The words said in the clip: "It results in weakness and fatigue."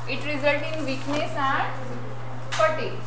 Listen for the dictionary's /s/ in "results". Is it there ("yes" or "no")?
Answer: no